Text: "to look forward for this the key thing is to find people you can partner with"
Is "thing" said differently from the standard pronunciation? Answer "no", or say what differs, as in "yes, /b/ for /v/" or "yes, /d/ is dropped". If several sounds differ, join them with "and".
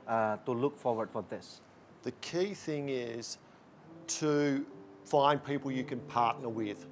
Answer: no